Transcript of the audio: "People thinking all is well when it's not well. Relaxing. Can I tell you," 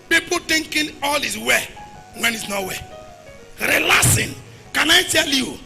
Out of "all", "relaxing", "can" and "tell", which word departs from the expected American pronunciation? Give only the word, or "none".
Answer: relaxing